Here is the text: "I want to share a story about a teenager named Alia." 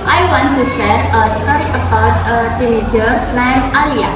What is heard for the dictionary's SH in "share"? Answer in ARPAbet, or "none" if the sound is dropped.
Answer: S